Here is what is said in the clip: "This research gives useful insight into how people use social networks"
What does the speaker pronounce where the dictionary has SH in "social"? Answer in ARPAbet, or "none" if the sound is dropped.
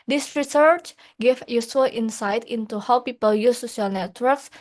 none